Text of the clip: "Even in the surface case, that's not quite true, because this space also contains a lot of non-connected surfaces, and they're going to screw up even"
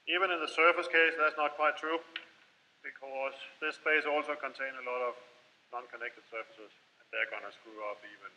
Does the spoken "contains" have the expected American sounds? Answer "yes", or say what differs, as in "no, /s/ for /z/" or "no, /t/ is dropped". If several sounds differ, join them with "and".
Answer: no, /z/ is dropped